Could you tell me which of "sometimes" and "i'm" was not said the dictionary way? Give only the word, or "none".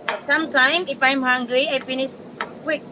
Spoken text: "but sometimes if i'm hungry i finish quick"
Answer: sometimes